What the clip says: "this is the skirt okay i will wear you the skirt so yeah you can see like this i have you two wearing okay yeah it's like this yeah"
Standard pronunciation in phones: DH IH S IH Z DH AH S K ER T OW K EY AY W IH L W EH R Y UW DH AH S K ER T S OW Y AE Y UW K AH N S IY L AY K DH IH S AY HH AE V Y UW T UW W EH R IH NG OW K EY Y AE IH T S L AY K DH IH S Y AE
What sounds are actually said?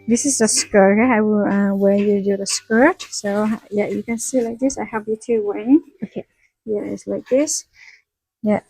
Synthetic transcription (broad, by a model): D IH S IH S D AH S K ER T OW K EY AY W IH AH W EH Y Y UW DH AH S K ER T S OW Y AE Y UW K AH N S IY L AY K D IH S AY HH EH P Y UW T UW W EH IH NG OW K EY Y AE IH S L AY K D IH S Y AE